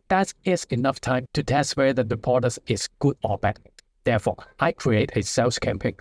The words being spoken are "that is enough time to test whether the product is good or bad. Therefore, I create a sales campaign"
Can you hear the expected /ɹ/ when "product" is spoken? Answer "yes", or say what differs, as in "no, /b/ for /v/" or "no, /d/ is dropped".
no, /ɹ/ is dropped